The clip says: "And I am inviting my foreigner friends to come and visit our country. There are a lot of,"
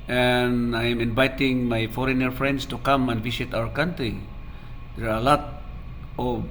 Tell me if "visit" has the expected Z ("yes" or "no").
no